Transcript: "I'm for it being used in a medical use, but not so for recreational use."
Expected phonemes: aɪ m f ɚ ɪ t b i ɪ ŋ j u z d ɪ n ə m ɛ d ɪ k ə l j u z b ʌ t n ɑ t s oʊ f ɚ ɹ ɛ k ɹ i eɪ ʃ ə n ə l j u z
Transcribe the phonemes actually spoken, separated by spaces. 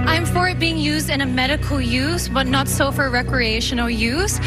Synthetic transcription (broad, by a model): aɪ m f ɚ ɪ t b i ɪ ŋ j u z d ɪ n ə m ɛ d ɪ k ə l j u z b ʌ t n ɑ t s oʊ f ɚ ɹ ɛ k ɹ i eɪ ʃ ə n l j u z